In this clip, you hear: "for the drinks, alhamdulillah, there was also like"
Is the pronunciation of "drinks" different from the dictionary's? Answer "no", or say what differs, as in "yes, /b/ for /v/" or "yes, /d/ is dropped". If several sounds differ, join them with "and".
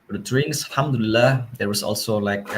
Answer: yes, /k/ is dropped